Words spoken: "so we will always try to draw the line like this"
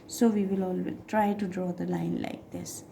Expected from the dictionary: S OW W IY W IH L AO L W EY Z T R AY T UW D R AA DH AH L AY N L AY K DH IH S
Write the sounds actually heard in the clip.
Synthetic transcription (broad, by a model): S OW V IY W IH L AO L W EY T R AY T UW D R AA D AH L AY N L AY K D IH S